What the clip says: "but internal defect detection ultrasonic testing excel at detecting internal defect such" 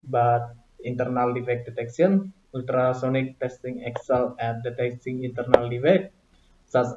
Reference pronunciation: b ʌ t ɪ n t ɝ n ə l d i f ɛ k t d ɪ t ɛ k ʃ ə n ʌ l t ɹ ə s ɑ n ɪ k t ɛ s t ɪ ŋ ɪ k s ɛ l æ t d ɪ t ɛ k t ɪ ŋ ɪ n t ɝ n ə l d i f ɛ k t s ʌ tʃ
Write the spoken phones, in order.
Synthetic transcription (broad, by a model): b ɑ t ɪ n t ɝ n ə l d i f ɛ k d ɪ t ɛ k s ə n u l t ɹ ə s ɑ n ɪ k t ɛ s t ɪ ŋ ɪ k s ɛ l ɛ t d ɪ t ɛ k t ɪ ŋ ɪ n t ɝ n ə l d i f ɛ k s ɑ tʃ